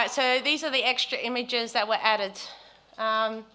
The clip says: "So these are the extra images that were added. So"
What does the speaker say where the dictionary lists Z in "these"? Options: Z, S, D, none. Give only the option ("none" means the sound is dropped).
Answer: Z